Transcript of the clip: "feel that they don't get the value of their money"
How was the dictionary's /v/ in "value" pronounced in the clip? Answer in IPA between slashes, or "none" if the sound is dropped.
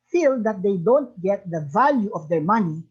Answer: /v/